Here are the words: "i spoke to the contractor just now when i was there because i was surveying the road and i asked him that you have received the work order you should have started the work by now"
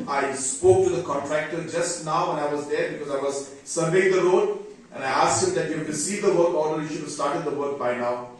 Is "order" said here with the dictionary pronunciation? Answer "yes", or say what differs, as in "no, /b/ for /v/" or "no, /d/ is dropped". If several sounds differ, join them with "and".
no, /l/ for /ɹ/